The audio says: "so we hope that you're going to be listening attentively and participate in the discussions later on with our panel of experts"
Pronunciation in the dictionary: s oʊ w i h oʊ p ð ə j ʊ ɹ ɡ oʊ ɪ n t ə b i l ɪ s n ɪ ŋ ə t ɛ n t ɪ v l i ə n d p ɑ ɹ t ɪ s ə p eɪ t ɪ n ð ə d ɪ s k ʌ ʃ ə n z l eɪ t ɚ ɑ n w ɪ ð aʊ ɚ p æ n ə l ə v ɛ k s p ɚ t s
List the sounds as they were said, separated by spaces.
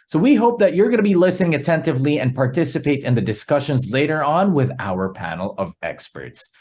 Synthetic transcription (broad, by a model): s oʊ w i h oʊ p ð ə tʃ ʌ ɹ ɡ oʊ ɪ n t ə b i l ɪ s n ɪ ŋ ə t ɛ n t ɪ v l i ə n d p ɑ ɹ t ɪ s ə p eɪ t ɪ n ð ə d ɪ s k ʌ ʃ ə n z l eɪ t ɚ ɑ n w ɪ ð aʊ ɚ p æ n l ə v ɛ k s p ɚ t s